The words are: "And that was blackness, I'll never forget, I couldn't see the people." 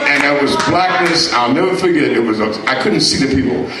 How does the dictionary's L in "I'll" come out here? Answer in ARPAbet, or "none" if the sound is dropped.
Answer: L